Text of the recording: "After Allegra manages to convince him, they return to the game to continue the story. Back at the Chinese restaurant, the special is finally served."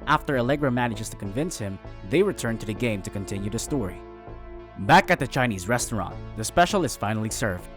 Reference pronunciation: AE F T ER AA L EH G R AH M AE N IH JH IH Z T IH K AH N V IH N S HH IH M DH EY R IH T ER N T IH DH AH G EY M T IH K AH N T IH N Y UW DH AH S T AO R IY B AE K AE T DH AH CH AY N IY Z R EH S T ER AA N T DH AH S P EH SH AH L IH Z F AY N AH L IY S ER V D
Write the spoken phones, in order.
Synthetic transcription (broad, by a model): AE F T ER AA L EH G R AH M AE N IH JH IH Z T IH K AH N V IH N S HH IH M DH EY R IH T ER N T IH DH AH G EY M T IH K AH N T IH N Y UW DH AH S T AO R IY B AE K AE T DH AH CH AY N IY Z R EH S T ER AA N T DH AH S P EH SH L IH Z F AY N L IY S ER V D